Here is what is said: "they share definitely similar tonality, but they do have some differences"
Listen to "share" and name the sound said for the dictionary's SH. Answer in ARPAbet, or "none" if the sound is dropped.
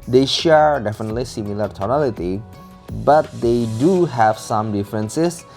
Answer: SH